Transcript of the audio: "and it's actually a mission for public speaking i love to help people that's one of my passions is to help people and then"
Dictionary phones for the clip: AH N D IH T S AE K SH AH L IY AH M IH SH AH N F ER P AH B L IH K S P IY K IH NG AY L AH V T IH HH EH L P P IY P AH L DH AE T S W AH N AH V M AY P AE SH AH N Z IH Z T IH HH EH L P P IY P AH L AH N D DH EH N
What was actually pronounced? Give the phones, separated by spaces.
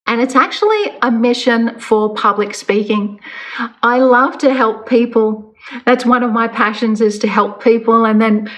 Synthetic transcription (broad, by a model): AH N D IH T S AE K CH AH L IY AH M IH SH AH N F ER P AH B L IH K S P IY K IH NG AY L AH V T IH HH EH L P P IY P AH L DH AE T S W AH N AH V M AY P AE SH AH N Z IH Z T IH HH EH L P P IY P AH L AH N DH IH N